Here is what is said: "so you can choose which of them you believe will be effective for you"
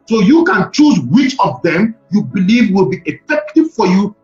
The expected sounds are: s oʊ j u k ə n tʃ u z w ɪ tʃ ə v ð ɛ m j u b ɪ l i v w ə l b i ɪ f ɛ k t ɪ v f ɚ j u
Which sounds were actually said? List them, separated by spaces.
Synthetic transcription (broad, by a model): s oʊ j u k ə n tʃ u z w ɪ tʃ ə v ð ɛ m j u b ɪ l i v w ə l b i ɪ f ɛ k t ɪ v f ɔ j u